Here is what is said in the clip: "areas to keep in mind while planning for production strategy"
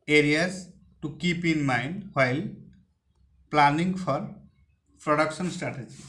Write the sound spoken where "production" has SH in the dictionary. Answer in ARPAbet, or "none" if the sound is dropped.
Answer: S